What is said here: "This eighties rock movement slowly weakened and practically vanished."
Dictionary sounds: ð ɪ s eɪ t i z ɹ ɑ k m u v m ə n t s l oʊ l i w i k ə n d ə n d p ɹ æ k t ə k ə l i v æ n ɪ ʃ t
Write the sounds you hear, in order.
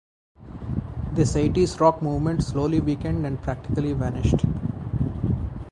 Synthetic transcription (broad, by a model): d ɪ s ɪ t i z ɹ ɑ k m u v m ə n t s l oʊ l i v i k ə n d ə n d p ɹ æ k t ə k ə l i v æ n ɪ ʃ t